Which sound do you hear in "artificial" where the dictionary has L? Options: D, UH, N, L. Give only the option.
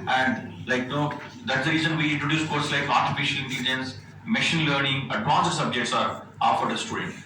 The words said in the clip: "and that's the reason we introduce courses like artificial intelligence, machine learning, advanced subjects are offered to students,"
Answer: L